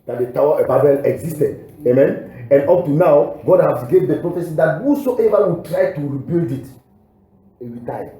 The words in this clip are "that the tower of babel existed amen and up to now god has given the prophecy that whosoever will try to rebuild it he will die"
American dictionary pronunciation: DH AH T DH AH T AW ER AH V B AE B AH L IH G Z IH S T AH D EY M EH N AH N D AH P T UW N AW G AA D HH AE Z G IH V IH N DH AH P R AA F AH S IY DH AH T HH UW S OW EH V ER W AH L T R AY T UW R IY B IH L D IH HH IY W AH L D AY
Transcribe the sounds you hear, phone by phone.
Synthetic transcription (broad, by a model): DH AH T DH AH T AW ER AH B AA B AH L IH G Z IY S T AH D EY M EH N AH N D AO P T UW N AW G AA D HH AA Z G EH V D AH P R AA F AH S IY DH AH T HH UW S OW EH V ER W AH T R AY T UW R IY B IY L D IH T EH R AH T AY